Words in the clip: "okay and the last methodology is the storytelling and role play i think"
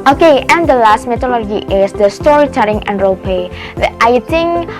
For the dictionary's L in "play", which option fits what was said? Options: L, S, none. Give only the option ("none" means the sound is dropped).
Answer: none